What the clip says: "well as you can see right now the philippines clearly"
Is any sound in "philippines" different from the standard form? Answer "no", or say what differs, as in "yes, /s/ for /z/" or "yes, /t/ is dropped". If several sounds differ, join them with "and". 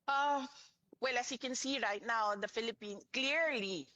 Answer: yes, /z/ is dropped